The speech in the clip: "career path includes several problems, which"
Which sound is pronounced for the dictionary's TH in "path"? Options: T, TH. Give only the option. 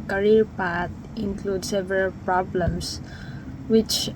T